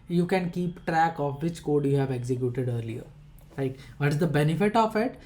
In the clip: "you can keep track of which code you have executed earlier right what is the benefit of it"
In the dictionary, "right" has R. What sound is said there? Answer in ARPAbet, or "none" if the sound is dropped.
L